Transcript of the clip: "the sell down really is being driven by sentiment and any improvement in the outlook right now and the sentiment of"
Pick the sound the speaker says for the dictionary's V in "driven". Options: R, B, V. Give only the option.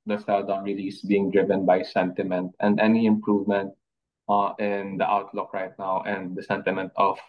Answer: V